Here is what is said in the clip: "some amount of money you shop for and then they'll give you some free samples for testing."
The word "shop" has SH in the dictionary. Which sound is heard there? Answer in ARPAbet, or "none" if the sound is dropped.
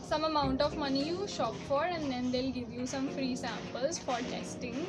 SH